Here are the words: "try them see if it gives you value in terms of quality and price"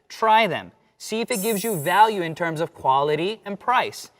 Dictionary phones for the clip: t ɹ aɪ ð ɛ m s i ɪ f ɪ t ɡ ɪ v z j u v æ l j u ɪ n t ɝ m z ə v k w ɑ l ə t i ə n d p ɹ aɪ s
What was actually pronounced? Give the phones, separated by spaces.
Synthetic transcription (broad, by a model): t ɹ aɪ ð ɛ m s i ɪ f ɪ t ɡ ɪ v z j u v æ l j u ɪ n t ɝ m z ə v k w ɑ l ə t i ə n p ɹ aɪ s